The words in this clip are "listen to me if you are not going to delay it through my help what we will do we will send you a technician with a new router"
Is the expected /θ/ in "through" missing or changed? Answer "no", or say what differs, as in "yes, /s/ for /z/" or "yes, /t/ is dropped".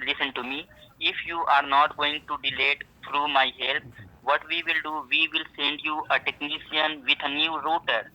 yes, /t/ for /θ/